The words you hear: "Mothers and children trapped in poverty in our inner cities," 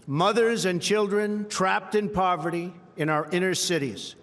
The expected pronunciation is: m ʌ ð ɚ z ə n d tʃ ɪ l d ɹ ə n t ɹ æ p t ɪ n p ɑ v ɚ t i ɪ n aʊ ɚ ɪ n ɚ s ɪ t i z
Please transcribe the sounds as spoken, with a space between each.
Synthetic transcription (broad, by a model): m ʌ ð ɚ z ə n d tʃ ɪ l d ɹ ə n t ɹ æ p t ɪ n p ɑ v ɚ t i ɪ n aʊ ɚ ɪ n ɚ s ɪ t i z